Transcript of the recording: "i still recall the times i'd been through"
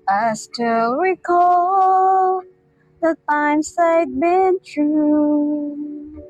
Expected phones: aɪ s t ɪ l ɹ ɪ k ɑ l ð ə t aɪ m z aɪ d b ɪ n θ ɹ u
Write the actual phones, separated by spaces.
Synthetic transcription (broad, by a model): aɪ s t ɪ l ɹ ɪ k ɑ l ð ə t aɪ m s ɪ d b ɪ n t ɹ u